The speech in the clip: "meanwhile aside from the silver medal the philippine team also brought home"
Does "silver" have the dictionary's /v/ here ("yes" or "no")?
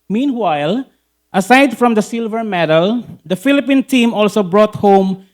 yes